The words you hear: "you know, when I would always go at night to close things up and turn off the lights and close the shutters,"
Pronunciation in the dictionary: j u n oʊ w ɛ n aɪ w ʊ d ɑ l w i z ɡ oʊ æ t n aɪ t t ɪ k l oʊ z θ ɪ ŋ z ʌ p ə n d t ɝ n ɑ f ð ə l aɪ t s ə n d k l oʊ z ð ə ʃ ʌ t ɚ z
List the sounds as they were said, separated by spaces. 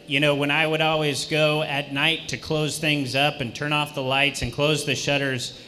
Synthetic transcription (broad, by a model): j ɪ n oʊ w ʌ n aɪ w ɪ d ɑ l w i z ɡ oʊ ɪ t n aɪ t t ɪ k l oʊ z θ ɪ ŋ z ʌ p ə n t ɝ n ɑ f ð ə l aɪ t s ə n k l oʊ z ð ə ʃ ʌ t ɚ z